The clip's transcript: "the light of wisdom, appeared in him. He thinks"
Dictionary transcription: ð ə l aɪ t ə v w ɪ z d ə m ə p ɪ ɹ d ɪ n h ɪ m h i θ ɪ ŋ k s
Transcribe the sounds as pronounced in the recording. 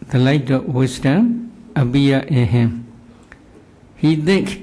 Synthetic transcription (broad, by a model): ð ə l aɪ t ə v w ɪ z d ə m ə b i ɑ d ɪ n h ɪ m h i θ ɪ ŋ k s